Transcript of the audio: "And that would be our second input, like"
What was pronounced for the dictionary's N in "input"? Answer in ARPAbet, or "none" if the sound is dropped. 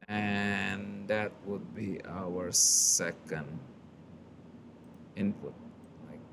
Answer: N